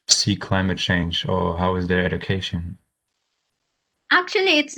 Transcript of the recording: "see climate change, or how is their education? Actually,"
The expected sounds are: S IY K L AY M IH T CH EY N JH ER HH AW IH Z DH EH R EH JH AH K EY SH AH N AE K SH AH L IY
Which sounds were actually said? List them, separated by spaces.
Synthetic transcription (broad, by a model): S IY K L AY M IH T CH EY N JH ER HH AW IH Z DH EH R EH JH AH K EY SH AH N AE K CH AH L IY